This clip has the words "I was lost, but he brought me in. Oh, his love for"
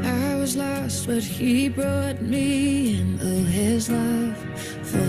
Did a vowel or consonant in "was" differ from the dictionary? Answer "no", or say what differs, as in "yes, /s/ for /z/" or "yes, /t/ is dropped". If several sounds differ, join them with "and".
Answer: no